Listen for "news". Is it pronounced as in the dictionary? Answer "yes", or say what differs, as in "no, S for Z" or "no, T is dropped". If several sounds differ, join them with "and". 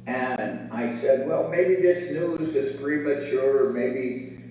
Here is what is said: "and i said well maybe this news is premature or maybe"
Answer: yes